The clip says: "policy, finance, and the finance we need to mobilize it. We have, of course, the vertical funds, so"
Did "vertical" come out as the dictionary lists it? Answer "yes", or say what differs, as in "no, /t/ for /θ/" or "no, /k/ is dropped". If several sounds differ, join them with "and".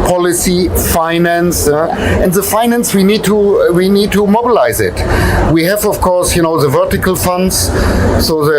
yes